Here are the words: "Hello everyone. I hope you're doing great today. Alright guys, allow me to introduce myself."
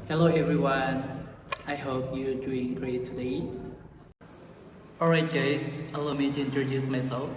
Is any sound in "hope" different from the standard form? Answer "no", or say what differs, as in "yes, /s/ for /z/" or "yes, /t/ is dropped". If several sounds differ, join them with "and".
no